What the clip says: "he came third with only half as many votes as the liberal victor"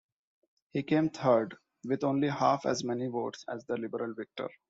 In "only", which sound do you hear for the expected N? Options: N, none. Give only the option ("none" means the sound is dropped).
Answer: N